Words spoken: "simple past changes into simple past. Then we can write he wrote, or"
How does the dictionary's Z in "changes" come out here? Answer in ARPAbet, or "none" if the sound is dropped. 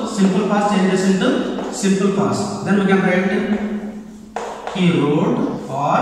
S